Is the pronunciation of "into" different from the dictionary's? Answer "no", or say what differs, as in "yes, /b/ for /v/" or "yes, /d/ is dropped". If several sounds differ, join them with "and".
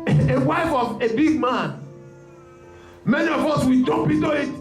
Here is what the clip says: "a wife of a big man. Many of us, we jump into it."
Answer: yes, /n/ is dropped